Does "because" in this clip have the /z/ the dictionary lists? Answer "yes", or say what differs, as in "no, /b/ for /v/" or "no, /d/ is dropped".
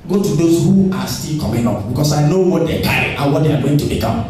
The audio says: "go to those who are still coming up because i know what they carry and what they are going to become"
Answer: no, /s/ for /z/